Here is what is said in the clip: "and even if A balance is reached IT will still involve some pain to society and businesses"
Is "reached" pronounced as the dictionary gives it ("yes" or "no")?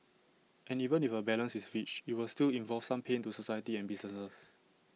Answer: no